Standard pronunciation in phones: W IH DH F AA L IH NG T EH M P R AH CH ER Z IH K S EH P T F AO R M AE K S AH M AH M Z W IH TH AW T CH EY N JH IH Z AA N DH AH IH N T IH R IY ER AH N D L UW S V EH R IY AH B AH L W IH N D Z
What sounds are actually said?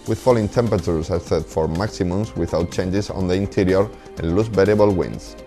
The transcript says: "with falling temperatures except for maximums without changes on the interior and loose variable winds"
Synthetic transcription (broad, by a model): W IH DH F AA L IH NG T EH M P R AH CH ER S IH S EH T F AO R M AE K S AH M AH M S W IH TH AW T CH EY N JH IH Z AA N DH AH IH N T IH R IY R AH N L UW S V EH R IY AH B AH L W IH N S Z